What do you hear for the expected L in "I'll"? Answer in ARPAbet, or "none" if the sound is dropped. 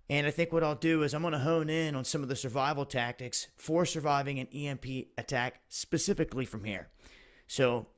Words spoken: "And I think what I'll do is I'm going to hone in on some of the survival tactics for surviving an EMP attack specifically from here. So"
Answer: L